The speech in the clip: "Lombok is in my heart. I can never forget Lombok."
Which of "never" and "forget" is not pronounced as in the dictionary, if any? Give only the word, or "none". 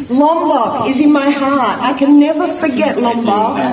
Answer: none